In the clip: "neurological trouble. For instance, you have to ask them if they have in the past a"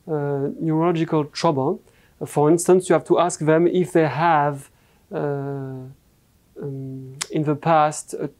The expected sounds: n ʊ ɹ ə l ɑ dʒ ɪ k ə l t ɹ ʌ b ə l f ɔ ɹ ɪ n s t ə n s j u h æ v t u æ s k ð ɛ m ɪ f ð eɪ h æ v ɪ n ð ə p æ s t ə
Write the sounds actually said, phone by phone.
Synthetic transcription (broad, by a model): n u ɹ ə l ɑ dʒ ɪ k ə l t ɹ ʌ b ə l f ɔ ɹ ɪ n s t ə n s j u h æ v t u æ s k ð ɛ m ɪ f ð eɪ h æ v ɪ n ð ə p æ s t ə